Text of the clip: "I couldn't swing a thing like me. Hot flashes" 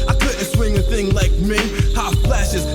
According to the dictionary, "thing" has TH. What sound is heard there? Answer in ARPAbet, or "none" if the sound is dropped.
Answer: TH